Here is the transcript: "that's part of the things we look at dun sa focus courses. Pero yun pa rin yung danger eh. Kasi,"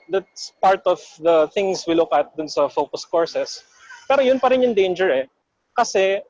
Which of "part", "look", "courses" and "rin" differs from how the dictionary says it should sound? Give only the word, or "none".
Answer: courses